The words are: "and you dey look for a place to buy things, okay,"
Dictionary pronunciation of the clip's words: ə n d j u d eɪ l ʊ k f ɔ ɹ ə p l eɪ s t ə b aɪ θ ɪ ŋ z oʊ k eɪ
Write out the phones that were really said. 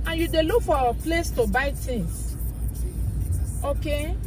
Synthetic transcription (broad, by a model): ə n j u d eɪ l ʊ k f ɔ w ə p l eɪ s t ə b aɪ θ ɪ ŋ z oʊ k eɪ